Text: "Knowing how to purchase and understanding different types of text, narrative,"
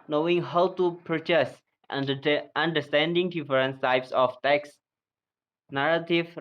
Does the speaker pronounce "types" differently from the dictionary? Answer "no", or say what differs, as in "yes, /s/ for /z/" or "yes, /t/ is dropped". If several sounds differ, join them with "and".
no